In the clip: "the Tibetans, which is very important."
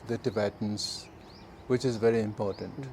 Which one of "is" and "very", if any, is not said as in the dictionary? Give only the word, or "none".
none